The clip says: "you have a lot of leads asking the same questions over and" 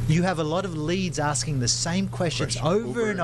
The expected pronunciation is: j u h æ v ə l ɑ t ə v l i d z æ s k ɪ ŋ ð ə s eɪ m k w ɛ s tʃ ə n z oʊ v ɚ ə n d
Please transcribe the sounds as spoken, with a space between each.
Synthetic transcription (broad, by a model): j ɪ v ə l ɑ t ə v l i d z æ s k ɪ ŋ ð ə s eɪ m k w ɛ s tʃ ə n z oʊ v ɚ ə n